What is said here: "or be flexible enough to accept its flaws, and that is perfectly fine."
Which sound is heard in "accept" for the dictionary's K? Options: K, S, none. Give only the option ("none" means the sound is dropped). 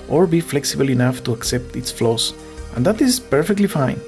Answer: K